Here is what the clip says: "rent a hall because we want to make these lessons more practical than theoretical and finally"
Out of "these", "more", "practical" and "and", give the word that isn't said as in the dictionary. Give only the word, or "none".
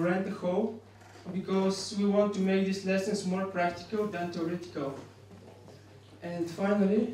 these